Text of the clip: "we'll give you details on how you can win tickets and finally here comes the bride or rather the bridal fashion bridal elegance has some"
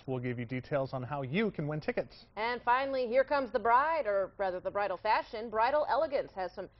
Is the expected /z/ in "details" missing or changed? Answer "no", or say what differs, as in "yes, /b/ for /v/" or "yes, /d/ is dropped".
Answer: no